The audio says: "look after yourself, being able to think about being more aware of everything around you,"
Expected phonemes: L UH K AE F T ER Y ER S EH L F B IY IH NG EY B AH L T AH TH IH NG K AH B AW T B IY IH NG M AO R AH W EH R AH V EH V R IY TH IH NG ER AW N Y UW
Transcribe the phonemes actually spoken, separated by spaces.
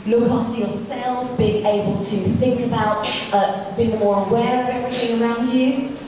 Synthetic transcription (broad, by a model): L UH K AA F T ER Y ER S EH L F B IY IH NG EY B AH L T AH TH IH NG K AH B AW T B IY IH NG M AO R AH W EH R AH V EH V R IY TH IH NG ER AW N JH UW